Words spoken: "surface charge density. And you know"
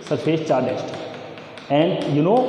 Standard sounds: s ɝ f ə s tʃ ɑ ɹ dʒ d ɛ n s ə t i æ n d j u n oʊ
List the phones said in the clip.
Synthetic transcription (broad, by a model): s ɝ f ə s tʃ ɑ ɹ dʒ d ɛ s t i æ n d j u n oʊ